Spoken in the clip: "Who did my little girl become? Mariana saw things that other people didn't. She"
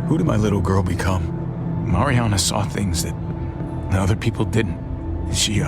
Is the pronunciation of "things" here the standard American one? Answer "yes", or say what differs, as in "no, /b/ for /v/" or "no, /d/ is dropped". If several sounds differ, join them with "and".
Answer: yes